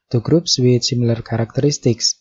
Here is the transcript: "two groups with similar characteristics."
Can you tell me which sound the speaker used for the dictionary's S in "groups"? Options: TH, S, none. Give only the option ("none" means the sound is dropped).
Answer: S